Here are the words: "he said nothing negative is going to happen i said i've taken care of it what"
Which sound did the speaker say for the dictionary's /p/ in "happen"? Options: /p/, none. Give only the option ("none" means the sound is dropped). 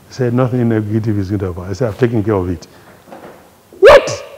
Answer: none